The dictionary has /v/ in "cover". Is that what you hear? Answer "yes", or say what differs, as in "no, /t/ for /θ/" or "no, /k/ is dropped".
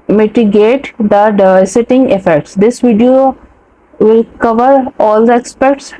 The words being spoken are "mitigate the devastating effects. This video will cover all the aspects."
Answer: yes